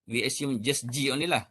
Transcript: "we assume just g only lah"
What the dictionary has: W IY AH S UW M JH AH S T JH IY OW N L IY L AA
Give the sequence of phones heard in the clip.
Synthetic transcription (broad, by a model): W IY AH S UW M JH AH S JH IY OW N IY L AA